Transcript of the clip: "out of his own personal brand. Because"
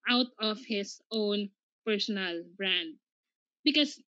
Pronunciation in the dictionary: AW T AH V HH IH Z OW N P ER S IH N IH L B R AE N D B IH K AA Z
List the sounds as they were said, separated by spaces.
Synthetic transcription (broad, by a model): AW T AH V HH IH S OW N P ER S IH N IH L B R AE N D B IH K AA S